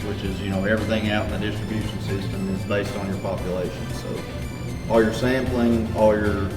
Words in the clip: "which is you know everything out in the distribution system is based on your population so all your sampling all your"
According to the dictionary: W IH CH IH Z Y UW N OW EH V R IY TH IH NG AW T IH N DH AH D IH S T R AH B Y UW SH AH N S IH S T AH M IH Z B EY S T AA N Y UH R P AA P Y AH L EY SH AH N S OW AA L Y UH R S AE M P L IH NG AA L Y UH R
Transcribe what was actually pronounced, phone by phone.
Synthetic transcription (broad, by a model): W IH CH IH Z Y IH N OW EH V R IY TH IH NG AW T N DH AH D IH S T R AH B Y UW SH N S IH S T AH M IH Z B EY S T N Y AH R P AA P Y AH L EY SH AH N S OW AA L Y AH R S AE M P L IH NG AA L Y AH R